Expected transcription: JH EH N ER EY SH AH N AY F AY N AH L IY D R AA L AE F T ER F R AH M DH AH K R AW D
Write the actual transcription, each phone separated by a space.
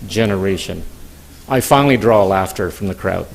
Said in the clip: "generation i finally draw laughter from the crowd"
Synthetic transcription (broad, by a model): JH EH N ER EY SH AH N AY F AY N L IY D R AA L AE F T ER F R AH M DH AH K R AW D